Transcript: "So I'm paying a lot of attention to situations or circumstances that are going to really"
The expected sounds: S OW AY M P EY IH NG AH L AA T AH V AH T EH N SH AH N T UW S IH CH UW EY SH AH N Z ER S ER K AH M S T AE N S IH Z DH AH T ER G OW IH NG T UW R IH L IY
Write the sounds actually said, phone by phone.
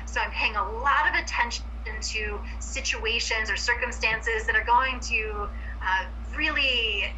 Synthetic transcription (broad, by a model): S OW AY M P EY IH NG AH L AA T AH V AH T EH N SH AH N T UW S IH CH UW EY SH AH N Z ER S ER K AH M S T AE N S IH Z DH AH T ER G OW IH NG T UW R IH L IY